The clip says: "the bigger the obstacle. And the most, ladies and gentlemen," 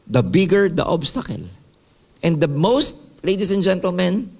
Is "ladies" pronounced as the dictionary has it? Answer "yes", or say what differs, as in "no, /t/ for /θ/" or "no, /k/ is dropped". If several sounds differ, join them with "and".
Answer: no, /s/ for /z/